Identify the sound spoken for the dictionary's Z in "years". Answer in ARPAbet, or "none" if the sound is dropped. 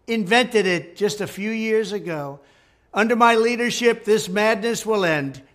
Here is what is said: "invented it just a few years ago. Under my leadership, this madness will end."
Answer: Z